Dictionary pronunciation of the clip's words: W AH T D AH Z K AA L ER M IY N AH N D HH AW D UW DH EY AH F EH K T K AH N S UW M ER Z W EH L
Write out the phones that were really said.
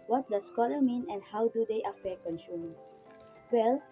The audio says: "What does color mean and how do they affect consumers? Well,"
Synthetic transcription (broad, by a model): W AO T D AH S K AA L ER M IY N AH N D HH AW D UW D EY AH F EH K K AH N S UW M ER W EH L